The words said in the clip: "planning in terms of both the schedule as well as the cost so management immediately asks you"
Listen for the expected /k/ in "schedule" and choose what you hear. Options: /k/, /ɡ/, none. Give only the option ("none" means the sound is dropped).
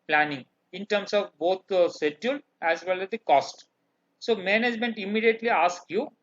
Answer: none